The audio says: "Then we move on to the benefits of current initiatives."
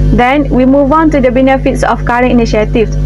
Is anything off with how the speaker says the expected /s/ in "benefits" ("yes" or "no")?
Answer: no